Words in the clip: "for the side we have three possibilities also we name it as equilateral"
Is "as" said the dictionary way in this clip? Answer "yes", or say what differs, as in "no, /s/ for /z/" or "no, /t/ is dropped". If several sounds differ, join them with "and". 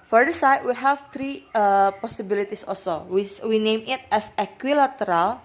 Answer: no, /s/ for /z/